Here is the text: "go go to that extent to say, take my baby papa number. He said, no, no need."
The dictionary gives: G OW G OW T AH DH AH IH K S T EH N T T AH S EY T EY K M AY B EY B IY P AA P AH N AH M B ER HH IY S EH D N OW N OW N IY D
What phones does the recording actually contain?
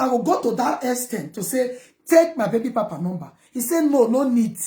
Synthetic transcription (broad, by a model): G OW G OW T AH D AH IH S T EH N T T AH S EY T EY K M AY B EY B IY P AA P AH N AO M B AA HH IY S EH N OW N OW N IY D